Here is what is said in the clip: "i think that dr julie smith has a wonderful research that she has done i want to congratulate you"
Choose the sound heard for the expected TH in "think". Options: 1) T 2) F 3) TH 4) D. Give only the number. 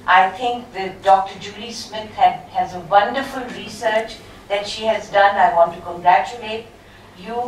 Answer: 1